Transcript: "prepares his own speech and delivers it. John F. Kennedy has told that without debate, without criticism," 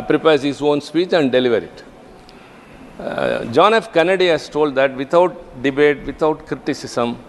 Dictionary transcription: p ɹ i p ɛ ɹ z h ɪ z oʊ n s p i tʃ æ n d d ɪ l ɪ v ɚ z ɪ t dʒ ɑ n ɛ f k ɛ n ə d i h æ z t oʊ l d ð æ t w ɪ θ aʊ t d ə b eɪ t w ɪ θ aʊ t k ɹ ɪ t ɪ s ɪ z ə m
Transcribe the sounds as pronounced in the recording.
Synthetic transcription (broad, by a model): p ɹ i p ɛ ɹ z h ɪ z oʊ n s p i tʃ æ n d d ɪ l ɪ v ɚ ɪ t dʒ ɑ n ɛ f k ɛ n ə d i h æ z t oʊ l d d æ t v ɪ t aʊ t d ə b eɪ t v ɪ t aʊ t k ɹ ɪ t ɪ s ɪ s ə m